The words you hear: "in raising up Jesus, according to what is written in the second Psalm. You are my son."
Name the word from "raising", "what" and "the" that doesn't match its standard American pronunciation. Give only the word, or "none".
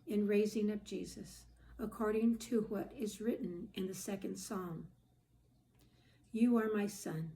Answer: none